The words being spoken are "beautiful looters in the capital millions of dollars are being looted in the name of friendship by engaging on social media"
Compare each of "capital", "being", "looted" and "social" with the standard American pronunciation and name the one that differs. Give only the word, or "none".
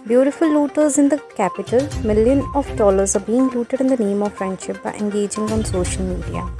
none